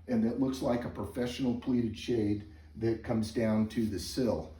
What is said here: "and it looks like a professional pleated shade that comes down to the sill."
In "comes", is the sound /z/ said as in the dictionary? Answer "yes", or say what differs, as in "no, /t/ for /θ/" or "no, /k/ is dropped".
yes